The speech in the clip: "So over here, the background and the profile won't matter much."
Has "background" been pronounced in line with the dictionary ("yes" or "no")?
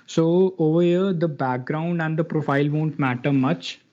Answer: yes